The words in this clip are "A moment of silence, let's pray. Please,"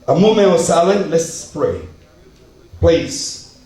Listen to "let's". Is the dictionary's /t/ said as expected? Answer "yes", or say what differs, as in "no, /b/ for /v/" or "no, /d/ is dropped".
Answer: no, /s/ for /t/